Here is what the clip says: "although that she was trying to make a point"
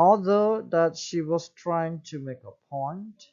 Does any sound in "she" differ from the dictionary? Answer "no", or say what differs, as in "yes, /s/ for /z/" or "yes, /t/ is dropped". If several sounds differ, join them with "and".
no